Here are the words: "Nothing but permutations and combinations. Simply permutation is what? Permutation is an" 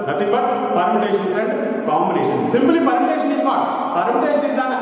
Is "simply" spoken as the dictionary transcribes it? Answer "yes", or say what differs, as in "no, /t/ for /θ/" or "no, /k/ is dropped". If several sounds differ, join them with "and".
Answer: no, /b/ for /p/